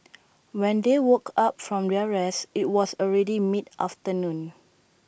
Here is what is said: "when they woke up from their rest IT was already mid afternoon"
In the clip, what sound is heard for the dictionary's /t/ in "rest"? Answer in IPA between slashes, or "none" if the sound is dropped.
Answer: none